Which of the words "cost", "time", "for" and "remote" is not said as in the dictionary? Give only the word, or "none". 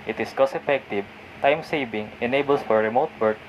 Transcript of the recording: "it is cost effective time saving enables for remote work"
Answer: cost